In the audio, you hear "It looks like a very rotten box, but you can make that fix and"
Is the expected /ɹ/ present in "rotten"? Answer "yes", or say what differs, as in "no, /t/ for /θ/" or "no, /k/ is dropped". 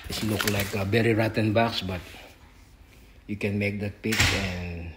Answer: yes